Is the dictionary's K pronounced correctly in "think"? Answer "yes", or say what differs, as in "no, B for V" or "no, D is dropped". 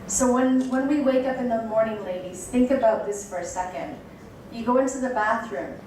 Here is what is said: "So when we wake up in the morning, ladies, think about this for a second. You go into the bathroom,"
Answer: yes